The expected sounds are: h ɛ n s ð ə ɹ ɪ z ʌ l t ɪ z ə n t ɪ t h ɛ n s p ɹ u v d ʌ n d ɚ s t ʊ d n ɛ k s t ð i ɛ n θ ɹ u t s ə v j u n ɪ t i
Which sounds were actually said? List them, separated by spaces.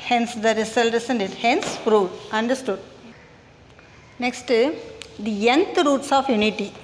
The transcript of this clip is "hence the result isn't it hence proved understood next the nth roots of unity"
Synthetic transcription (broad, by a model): h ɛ n s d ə ɹ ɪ s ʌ l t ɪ s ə n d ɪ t h ɛ n s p ɹ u d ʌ n d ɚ s t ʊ d n ɛ k s t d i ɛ n t ɹ u t s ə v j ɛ n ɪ t i